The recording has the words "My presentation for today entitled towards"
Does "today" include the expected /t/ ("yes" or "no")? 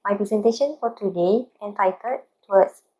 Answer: yes